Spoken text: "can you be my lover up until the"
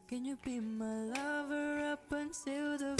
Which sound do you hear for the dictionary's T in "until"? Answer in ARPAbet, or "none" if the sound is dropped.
S